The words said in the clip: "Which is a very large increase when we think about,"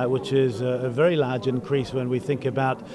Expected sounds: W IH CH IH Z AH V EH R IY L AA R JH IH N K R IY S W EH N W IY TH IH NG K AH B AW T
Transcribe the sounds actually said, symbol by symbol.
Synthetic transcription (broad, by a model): W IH CH IH Z AH V EH R IY L AA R JH IH N K R IY S W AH N W IY TH IH NG K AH B AW T